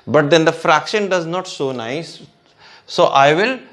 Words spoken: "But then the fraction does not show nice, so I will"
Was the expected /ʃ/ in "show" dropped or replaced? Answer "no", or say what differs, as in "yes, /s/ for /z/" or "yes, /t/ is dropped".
yes, /s/ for /ʃ/